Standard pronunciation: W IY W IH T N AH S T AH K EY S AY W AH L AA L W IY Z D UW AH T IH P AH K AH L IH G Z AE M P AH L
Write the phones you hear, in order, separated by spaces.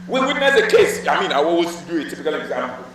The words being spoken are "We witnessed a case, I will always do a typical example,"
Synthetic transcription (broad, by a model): W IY W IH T N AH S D AH K EY S AY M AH N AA W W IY S D UW AH T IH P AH K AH L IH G Z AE M P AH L